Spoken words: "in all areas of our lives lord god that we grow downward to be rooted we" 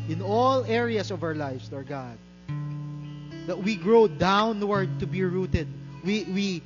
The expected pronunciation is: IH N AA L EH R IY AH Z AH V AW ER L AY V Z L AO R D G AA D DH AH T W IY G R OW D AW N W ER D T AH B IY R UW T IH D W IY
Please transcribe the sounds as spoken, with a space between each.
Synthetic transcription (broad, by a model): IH N AA L EH R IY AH S AH V AW ER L AY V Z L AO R G AA D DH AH T W IY G R OW D AW N W ER D T AH B IY R UW T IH D W IY